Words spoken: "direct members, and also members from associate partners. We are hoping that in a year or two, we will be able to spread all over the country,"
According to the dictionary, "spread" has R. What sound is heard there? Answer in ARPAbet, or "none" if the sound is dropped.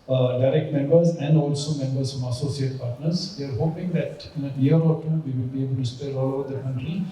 none